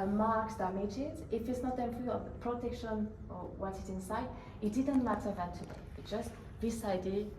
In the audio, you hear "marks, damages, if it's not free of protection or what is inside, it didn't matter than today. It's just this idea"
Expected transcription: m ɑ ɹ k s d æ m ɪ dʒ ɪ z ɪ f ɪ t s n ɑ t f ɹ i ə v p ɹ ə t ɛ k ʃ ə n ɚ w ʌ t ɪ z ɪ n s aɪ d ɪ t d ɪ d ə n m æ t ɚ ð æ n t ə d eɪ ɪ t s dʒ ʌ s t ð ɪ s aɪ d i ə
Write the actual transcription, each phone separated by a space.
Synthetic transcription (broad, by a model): m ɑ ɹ k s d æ m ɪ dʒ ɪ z ɪ f ɪ t s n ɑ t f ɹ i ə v p ɹ ə t ɛ k ʃ ə n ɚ w ʌ t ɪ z ɪ n s aɪ d ɪ t d ɪ d ə n m æ t ɚ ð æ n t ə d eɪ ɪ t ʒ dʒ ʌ s t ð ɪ s aɪ d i